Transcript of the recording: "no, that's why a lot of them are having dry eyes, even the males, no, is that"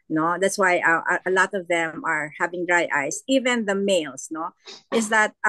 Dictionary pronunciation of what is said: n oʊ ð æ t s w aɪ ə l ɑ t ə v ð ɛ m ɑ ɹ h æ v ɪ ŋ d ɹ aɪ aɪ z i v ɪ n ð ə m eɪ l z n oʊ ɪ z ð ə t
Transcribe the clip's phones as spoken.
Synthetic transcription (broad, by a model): n oʊ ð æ t s w aɪ ə l ɑ t ə v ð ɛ m ɑ ɹ h æ v ɪ ŋ d ɹ aɪ aɪ s i v ɪ n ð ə m eɪ l s n oʊ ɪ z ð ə t